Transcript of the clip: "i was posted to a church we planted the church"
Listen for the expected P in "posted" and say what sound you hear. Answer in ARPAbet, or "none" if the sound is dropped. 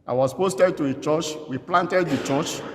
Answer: P